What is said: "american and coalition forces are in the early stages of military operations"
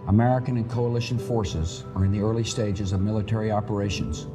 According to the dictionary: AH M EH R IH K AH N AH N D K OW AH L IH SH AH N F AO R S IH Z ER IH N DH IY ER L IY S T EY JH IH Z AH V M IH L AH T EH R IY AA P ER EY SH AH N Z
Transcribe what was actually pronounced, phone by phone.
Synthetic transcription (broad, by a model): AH M EH R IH K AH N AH N K OW AH L IH SH AH N F AO R S IH Z ER IH N DH IY ER L IY S T EY JH IH Z AH V M IH L AH T EH R IY AA P ER EY SH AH N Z